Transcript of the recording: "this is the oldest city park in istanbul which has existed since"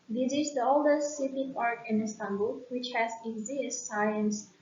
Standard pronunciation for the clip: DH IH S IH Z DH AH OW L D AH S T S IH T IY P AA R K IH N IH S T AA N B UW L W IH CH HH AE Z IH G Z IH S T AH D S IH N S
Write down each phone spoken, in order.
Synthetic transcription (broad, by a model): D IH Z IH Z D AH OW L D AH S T S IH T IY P AA R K IH N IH S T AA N B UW L W IH CH HH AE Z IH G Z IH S S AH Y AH N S